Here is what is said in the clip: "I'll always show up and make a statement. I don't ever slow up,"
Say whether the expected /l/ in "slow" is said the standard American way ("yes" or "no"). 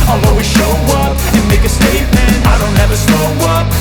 no